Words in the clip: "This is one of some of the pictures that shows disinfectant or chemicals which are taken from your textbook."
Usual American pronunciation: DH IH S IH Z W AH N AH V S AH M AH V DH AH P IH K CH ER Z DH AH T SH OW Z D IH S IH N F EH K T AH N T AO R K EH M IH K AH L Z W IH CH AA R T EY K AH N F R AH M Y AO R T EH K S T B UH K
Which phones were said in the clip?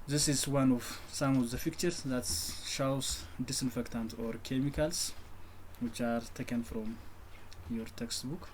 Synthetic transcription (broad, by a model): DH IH S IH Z W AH N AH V S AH M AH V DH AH F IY K CH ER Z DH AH T SH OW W D IH S IH N F EH K T AH N T AO R K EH M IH K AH L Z W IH CH AA R T EY K AH N F R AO M Y AO R T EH K S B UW K